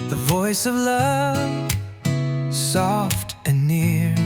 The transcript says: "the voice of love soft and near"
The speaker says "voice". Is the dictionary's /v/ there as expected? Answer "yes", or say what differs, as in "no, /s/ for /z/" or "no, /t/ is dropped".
yes